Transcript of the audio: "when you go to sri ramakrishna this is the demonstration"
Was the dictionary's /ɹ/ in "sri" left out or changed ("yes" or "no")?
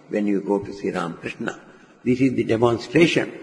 yes